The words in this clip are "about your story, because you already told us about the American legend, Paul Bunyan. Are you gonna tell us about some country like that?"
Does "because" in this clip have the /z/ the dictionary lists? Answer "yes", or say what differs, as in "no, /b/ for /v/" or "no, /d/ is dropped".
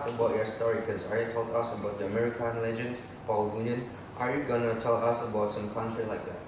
no, /z/ is dropped